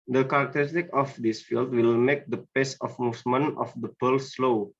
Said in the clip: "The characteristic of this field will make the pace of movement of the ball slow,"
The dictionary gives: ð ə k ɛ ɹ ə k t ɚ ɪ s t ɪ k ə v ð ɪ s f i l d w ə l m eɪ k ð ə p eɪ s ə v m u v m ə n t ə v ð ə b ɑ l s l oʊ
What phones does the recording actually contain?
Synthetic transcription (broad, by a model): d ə k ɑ ɹ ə k t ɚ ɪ s t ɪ k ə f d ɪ s f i l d w ə l m eɪ k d ə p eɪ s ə f m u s m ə n ə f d ə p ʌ l s l oʊ